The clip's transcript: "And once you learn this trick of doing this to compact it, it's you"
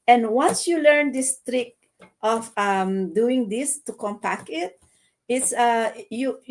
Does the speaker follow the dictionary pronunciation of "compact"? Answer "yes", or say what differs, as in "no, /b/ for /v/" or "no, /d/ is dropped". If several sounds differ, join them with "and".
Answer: no, /t/ is dropped